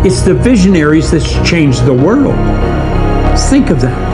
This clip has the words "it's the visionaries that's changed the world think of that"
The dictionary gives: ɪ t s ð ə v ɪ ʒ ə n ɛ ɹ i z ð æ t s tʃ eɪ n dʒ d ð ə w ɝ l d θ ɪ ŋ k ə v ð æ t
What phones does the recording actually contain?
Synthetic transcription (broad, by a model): ɪ t s ð ə v ɪ ʒ ə n ɛ ɹ i z ð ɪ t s tʃ eɪ n dʒ ð ə w ɝ l d θ ɪ ŋ k ə v ð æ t